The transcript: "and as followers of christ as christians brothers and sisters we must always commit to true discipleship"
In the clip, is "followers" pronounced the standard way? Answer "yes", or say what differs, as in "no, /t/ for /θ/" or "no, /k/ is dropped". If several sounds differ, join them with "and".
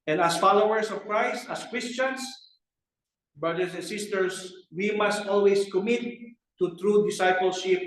no, /s/ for /z/